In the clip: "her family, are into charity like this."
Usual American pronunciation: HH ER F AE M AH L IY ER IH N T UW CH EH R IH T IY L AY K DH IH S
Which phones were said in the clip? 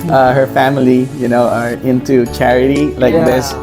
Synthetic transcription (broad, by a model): HH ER F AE M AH N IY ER IH N T UW CH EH R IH T IY L AY K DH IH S